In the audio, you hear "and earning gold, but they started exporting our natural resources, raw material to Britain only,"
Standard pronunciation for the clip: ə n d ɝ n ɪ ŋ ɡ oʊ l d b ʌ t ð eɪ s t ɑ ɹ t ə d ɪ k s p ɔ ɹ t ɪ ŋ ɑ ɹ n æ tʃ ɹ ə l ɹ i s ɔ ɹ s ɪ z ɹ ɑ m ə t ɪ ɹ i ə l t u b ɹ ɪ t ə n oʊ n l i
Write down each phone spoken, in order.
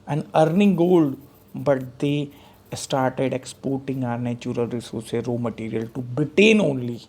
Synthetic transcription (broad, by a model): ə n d ɝ n ɪ ŋ ɡ oʊ l d b ʌ t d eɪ s t ɑ ɹ t ə d ɪ k s p ɔ ɹ t ɪ ŋ ɑ ɹ n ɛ tʃ ɹ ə l ɹ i s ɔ ɹ s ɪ ɹ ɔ m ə t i ɹ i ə l t u b ɹ ɪ t ə n oʊ n l i